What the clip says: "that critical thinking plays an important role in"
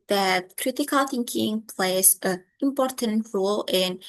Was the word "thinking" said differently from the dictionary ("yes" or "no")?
no